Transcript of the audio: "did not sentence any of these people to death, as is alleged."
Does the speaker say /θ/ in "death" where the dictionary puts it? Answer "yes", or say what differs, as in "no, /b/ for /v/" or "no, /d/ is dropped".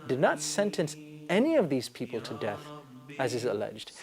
yes